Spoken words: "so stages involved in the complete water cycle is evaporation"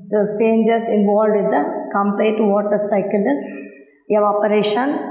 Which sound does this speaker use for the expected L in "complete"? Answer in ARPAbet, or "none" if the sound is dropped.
none